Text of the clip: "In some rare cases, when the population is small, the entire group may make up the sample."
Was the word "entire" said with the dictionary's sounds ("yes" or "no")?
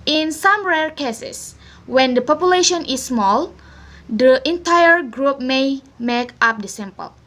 yes